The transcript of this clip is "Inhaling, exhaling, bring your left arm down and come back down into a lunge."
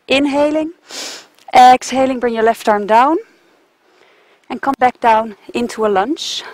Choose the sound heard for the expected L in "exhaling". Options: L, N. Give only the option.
L